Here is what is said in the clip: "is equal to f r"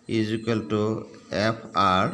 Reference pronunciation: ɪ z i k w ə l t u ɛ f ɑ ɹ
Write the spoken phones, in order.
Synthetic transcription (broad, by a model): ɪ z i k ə l t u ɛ p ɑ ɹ